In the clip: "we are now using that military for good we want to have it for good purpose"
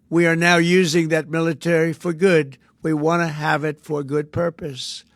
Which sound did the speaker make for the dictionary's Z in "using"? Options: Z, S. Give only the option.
Z